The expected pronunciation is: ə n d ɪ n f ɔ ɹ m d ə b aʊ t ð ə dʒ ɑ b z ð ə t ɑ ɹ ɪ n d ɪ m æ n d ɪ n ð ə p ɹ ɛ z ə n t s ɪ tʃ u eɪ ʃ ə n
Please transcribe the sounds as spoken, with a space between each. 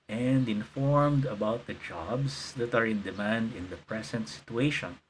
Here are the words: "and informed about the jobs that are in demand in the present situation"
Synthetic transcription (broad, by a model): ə n d ɪ n f ɔ ɹ m d ə b aʊ t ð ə dʒ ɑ b s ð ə t ɑ ɹ ɪ n d ɪ m æ n d ɪ n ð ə p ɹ ɛ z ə n t s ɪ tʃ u eɪ ʃ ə n